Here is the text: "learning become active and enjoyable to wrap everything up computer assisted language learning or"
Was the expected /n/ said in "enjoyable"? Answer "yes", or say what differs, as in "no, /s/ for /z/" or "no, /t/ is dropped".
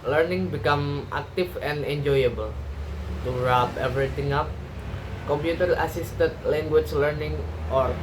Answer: yes